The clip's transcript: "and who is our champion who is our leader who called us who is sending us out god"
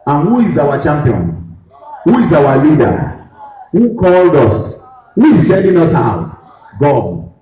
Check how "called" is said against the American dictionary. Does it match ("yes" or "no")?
yes